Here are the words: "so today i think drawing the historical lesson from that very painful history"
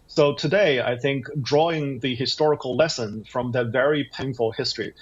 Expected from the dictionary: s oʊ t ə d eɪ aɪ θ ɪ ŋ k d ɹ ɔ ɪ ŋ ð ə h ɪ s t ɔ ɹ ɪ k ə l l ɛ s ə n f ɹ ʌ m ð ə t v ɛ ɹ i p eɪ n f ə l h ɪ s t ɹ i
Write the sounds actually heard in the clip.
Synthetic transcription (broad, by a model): s oʊ t ə d eɪ aɪ θ ɪ ŋ k d ɹ ɔ ɪ ŋ ð ə h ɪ s t ɔ ɹ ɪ k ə l l ɛ s ə n f ɹ ʌ m ð ə t v ɛ ɹ i p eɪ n f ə l h ɪ s t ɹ i